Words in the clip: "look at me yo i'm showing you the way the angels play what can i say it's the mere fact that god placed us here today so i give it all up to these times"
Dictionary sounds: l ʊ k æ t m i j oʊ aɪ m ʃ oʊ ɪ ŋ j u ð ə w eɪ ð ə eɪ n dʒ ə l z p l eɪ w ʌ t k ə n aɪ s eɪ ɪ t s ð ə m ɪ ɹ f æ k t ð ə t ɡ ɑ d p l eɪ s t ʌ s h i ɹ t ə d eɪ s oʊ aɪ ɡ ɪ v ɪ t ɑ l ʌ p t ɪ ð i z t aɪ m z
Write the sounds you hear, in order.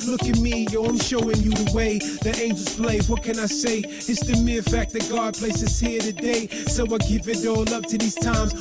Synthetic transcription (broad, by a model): l ʊ k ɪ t m i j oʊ aɪ m ʃ oʊ ɪ ŋ j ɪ ð ə w eɪ ð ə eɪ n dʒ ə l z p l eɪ w ʌ t k ə n aɪ s eɪ ɪ t s ð ə m ɪ ɹ f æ k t ð ə t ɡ ɑ d p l eɪ s ʌ s h i ɹ t ə d eɪ s oʊ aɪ ɡ ɪ v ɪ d ɑ l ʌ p t ɪ ð i z t aɪ m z